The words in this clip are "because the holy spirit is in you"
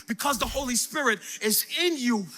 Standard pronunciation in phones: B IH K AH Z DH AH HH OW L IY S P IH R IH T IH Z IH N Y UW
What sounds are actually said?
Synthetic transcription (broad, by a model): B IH K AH Z DH AH HH OW L IY S P IH R IH T IH Z IH N Y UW